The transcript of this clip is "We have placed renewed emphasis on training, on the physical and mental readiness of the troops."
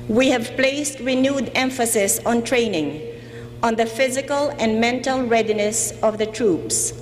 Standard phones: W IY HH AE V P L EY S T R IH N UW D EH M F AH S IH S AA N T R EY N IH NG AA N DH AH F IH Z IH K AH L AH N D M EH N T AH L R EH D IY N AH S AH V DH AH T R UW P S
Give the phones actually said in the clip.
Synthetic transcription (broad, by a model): W IY HH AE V P L EY S T R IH N UW D EH M F AH S IH S AA N T R EY N IH NG AA N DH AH F IH Z IH K AH L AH N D M EH N T AH L R EH D IY N AH S AH V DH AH T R UW P S